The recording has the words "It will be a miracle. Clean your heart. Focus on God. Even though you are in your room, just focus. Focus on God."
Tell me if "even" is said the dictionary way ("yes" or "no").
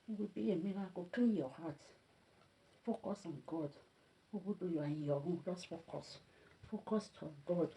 no